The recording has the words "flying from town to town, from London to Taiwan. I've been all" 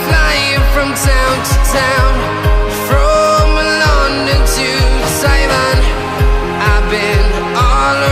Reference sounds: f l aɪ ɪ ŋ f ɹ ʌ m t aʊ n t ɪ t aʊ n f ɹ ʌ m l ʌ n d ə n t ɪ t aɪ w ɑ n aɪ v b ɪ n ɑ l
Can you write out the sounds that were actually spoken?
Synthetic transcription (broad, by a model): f l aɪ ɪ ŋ f ɹ ʌ m t aʊ n t ɪ t aʊ n f ɹ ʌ m l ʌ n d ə t ɪ s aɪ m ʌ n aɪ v b ɪ n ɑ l